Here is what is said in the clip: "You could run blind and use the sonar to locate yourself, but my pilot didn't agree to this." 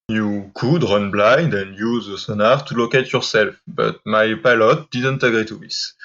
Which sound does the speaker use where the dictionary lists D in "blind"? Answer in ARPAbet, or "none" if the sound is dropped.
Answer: D